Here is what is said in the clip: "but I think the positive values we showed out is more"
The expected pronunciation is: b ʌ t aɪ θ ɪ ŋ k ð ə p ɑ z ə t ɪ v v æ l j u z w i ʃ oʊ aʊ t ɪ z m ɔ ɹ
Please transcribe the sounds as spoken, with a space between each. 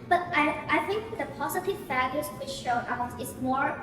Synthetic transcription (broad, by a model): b ʌ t aɪ θ ɪ ŋ k ð ə p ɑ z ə t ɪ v f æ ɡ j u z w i ʃ oʊ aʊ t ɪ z m ɔ ɹ